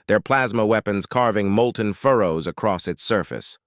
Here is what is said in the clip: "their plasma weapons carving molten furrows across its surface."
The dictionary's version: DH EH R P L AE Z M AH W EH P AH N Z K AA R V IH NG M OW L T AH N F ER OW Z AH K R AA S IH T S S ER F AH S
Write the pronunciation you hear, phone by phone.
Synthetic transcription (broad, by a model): DH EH R P L AE Z M AH W EH P AH N Z K AA R V IH NG M OW L T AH N F ER OW Z AH K R AA S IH T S S ER F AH S